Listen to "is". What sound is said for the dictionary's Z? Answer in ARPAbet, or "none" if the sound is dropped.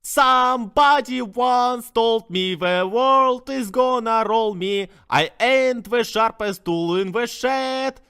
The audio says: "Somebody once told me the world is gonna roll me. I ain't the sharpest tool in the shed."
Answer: Z